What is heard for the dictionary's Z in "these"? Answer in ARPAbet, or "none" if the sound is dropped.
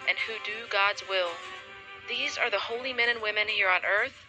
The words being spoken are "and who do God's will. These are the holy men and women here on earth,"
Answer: Z